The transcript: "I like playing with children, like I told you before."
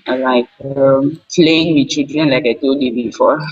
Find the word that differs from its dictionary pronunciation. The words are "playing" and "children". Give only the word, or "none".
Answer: children